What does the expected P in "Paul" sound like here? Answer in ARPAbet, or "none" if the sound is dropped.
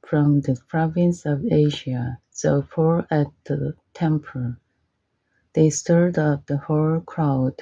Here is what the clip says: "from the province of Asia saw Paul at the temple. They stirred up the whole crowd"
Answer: F